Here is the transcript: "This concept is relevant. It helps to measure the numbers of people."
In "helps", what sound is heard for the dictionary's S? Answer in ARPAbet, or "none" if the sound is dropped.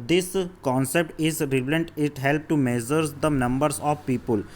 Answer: none